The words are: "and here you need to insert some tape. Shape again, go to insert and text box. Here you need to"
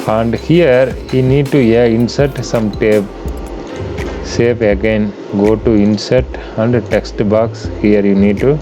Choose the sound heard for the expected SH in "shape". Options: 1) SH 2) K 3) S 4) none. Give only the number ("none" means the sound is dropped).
3